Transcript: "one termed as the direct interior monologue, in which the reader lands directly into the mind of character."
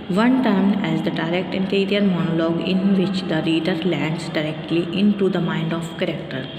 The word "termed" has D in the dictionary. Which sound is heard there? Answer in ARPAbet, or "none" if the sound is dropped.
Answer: none